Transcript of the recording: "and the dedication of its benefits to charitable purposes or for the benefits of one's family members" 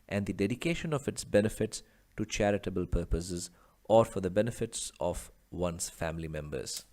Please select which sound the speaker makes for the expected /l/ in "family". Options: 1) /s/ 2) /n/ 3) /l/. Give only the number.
3